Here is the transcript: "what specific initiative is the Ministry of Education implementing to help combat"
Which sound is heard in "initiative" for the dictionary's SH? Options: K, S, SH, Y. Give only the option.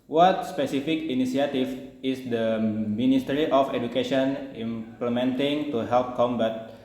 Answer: S